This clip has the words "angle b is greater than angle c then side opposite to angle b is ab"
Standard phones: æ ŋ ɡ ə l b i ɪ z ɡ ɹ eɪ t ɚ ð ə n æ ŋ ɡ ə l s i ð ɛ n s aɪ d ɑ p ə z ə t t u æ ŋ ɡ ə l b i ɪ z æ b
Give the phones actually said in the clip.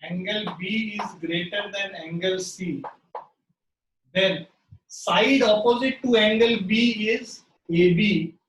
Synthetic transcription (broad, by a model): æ ŋ ɡ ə l b i ɪ z ɡ ɹ eɪ t ɚ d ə n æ ŋ ɡ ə l s i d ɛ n s aɪ d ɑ p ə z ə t t u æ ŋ ɡ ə l b i ɪ z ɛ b